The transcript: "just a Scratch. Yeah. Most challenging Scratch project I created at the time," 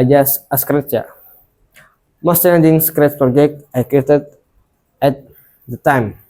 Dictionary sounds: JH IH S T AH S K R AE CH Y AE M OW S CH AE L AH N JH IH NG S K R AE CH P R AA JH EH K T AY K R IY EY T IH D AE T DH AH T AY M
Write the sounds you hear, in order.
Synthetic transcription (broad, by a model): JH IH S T AH S K R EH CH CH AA M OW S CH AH N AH JH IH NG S K R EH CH P R AA JH EH K T AY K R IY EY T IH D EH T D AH T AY M